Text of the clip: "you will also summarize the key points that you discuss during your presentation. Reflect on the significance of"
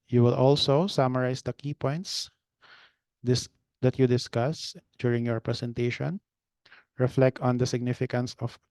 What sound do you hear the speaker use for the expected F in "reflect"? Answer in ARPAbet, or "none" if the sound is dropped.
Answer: F